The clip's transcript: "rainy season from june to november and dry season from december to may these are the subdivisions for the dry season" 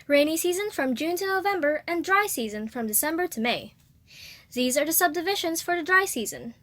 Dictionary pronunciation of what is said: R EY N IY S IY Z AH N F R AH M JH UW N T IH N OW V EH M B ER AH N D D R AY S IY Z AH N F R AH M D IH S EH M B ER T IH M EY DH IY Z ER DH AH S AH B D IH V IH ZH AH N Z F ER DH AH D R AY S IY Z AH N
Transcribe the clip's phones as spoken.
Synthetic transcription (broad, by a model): R EY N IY S IY Z AH N F R AH M JH UW N T IH N OW V EH M B ER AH N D D R AY S IY Z AH N F R AH M D IH S EH M B ER T IH M EY DH IY Z ER DH AH S AH B D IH V IH SH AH N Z F ER DH AH D R AY S IY Z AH N